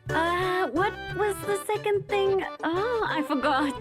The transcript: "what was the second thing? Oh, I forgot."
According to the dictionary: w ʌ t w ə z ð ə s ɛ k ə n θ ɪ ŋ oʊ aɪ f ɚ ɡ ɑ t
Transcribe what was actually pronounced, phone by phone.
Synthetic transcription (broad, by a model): w ʌ t w ə z ð ə s ɛ k ə n θ ɪ ŋ oʊ aɪ f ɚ ɡ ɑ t